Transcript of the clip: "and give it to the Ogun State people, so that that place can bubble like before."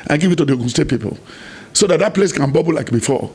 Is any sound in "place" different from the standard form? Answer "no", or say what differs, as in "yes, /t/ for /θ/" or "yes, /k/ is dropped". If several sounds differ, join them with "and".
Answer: no